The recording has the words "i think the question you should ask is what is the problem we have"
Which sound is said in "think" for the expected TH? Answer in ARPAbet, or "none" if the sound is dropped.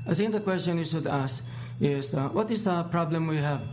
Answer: T